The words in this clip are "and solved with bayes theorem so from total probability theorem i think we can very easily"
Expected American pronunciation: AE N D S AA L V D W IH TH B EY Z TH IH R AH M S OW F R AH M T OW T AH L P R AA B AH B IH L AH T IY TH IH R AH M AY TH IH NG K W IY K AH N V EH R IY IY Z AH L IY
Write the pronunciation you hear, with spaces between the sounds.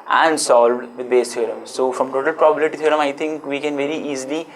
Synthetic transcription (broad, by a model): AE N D S AA L V D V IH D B EY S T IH R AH M S OW F R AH M T OW T AH L P R AA B AH B IH L AH T IY T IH R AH M AY T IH NG K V IY K AH N V EH R IY IY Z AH L IY